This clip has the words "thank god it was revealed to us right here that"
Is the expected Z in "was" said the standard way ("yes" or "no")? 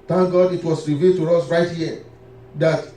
no